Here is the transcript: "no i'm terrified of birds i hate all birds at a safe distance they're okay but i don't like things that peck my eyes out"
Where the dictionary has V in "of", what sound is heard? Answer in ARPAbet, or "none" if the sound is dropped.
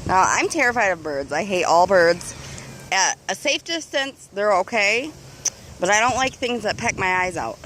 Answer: V